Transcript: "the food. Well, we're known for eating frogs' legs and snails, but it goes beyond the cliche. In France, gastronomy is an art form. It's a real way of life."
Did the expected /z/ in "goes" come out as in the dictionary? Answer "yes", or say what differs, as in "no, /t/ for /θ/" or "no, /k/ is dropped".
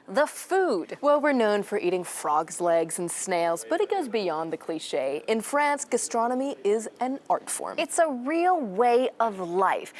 yes